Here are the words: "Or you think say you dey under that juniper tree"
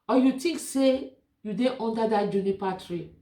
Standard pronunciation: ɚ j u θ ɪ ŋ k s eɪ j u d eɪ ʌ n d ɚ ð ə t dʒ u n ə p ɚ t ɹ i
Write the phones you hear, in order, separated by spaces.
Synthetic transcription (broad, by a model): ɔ j u t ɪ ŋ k s eɪ j u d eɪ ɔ n d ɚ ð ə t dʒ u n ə p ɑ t ɹ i